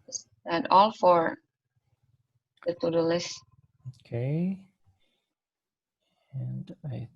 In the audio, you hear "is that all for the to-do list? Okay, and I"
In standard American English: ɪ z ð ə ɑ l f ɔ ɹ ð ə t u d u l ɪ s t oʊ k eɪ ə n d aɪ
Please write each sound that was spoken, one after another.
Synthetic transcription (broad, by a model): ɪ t ɑ l f ɔ ɹ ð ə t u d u l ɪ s oʊ k eɪ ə n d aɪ